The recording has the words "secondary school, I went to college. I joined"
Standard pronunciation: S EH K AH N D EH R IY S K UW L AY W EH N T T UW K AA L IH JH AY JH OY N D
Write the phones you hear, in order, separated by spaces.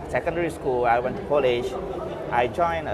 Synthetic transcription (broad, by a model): S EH K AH N D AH R IY S K UW L AY W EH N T T UW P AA L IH SH AY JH OY N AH